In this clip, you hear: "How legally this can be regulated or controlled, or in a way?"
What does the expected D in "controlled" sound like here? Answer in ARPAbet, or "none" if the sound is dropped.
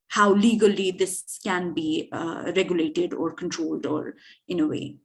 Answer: D